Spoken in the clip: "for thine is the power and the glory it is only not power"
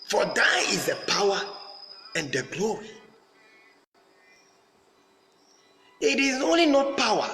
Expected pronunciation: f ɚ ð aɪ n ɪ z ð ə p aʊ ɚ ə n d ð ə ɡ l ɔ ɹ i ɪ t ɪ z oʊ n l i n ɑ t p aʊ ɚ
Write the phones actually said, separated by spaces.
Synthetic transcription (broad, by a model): f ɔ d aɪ ɪ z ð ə p aʊ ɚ ə n d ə ɡ l ɔ ɹ i ɪ t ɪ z oʊ n l i n ɑ t p aʊ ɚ